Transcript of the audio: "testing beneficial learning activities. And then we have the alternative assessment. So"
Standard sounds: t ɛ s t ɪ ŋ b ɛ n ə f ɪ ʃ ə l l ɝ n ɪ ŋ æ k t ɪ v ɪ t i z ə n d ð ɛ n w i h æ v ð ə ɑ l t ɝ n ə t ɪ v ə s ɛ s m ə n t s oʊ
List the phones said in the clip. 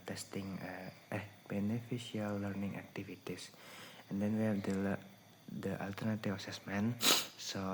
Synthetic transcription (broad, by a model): t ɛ s t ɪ ŋ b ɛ n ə f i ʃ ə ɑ l ɝ n ɪ ŋ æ k t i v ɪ t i s ə n d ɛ n w i h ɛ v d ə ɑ l t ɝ n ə t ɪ f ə s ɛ s m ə n s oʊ